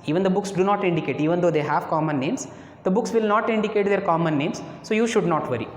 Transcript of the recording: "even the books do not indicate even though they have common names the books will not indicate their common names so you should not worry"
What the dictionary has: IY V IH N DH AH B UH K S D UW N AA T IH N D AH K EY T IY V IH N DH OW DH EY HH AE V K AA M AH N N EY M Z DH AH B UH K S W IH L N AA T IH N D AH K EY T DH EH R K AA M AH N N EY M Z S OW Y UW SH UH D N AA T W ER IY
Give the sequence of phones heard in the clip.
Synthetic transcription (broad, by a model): IY V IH N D AH B UH K S D UW N AA T IH N D AH K EY T IY V IH N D OW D EY HH AE V K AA M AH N N EY M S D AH B UH K S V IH L N AA T IH N D AH K EY T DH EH R K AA M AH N N EY M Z S OW Y UW SH UH D N AA T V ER IY